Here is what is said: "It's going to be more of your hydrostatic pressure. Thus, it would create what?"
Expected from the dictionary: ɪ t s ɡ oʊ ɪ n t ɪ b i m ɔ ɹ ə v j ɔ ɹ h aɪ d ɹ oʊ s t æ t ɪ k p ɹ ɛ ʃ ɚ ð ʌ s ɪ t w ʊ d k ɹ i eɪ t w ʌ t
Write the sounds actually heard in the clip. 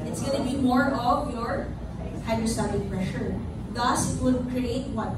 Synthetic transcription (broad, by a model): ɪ t s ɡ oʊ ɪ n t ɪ b i m ɔ ɹ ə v j ɔ ɹ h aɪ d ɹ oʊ s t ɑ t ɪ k p ɹ ɛ ʃ ɚ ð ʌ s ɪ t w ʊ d k ɹ i eɪ t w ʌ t